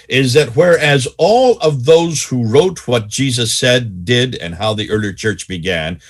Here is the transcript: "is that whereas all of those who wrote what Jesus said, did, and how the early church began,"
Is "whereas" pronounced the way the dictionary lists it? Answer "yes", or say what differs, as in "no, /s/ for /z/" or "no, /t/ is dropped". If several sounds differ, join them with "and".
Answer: yes